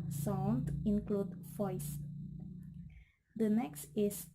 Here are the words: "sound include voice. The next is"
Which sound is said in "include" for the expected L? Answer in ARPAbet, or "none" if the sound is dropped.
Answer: L